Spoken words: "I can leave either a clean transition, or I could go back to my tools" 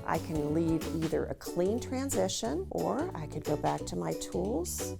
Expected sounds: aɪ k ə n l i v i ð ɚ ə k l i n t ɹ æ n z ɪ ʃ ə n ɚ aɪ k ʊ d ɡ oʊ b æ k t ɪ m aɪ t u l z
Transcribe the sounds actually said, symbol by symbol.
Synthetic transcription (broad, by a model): aɪ k ə n l i v i ð ɚ ə k l i n t ɹ æ n z ɪ ʃ ə n ɚ aɪ k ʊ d ɡ oʊ b æ k t ɪ m aɪ t u l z